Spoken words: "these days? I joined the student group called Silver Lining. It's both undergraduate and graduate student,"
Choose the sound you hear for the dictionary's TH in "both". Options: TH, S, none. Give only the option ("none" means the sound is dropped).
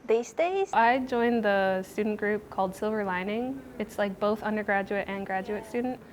TH